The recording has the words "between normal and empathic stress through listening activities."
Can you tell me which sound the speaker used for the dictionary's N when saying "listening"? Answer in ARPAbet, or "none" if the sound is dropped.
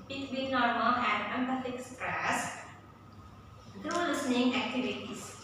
N